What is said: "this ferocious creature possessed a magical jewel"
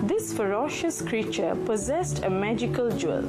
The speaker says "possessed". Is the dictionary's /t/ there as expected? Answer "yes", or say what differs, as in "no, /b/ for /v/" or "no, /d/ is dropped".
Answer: yes